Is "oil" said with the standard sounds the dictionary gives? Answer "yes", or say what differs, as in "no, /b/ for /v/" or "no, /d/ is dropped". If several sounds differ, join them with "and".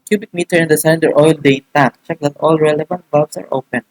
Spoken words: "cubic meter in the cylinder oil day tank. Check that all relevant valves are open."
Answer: yes